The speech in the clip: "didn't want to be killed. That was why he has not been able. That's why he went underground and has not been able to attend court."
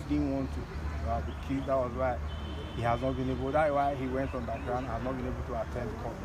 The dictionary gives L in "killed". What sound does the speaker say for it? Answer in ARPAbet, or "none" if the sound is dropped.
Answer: none